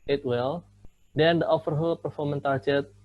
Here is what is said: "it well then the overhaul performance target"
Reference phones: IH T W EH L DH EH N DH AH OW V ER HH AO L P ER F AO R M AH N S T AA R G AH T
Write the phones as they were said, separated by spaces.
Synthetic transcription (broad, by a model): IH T W EH L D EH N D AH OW F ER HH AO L P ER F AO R M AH N T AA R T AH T